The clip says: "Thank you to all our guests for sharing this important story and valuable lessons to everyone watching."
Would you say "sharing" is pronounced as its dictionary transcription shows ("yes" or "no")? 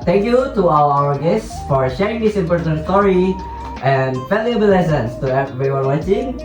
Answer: yes